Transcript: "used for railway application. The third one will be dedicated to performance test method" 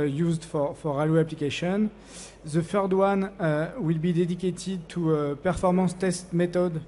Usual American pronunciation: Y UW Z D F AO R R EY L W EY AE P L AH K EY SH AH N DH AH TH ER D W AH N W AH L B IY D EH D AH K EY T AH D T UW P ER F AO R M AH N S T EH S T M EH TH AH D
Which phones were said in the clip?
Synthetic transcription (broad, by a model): Y UW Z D F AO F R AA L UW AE P L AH K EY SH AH N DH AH F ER D W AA N W AH L B IY D EH D AH K EY T AH D T UW P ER F AO R M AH S T EH S T M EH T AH D